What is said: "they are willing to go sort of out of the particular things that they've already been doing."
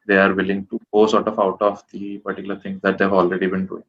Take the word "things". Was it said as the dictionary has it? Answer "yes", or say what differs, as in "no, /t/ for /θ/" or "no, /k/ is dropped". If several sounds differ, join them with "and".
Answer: no, /t/ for /θ/